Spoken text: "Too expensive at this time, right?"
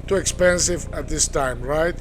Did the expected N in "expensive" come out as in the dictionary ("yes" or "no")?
yes